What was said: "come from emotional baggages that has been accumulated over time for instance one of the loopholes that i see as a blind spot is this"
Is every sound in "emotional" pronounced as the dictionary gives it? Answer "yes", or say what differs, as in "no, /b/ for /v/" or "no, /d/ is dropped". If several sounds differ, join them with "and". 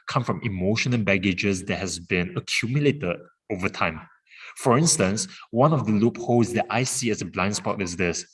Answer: no, /n/ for /l/